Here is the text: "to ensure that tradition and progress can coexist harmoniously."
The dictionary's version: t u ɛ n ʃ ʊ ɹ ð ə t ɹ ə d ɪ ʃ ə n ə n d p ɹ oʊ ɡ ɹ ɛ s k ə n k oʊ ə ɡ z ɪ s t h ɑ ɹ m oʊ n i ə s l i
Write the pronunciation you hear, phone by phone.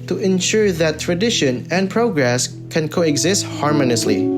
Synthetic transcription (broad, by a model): t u ɛ n ʃ ʊ ɹ ð ə t ɹ ə d ɪ ʃ ə n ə n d p ɹ oʊ ɡ ɹ ɛ s k ə n k oʊ ə ɡ z ɪ s t h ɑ ɹ m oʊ n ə s l i